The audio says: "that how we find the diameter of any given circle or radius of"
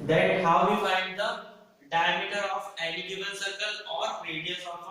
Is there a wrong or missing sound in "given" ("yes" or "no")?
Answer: yes